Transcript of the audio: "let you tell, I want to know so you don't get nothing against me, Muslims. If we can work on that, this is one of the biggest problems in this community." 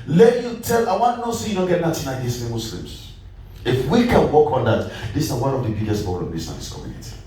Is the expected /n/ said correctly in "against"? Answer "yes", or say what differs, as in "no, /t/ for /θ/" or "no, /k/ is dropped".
no, /n/ is dropped